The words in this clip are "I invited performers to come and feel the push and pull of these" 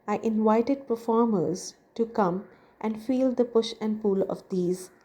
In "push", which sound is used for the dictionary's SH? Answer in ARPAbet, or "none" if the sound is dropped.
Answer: SH